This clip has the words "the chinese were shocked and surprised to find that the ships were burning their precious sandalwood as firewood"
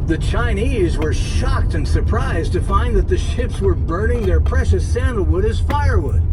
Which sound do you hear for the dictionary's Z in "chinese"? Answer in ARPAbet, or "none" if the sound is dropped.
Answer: Z